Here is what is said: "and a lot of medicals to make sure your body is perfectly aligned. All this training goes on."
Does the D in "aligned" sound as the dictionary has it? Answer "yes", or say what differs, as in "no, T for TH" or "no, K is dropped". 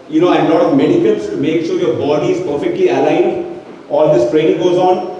yes